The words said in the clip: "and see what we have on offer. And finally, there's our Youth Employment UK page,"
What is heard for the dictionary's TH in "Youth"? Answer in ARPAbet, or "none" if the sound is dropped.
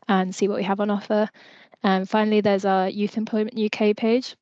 TH